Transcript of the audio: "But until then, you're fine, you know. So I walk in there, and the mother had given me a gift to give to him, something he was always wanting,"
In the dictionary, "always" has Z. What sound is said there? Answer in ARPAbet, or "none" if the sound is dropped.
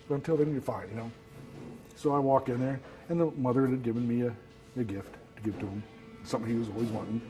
Z